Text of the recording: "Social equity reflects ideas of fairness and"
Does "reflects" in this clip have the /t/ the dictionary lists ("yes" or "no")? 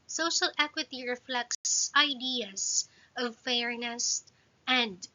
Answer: no